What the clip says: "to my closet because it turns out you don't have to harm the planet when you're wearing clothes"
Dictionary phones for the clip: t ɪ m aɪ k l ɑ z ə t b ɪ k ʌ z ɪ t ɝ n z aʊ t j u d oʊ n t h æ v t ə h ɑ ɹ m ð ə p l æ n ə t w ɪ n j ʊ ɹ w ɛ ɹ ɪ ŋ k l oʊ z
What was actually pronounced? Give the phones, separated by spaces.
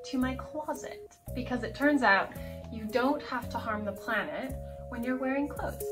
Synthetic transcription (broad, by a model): t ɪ m aɪ k l ɑ z ə t b ɪ k ʌ z ɪ t ɝ n z aʊ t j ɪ d oʊ n t h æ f t ə h ɑ ɹ m ð ə p l æ n ə t w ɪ n j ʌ ɹ w ɛ ɹ ɪ ŋ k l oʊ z